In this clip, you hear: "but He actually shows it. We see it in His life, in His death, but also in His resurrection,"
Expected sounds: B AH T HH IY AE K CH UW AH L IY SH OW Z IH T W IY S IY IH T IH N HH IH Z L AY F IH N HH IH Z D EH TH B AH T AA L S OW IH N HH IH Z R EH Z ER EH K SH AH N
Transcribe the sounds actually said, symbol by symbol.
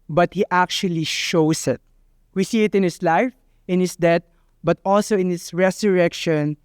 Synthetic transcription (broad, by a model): B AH T HH IY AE K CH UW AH L IY SH OW S IH T W IY S IY IH T IH N HH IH S L AY F IH N HH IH S D EH T B AH T AA L S OW IH N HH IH S R EH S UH EH K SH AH N